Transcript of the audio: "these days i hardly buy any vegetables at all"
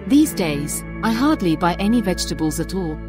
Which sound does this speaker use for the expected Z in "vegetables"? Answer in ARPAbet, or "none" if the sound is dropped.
Z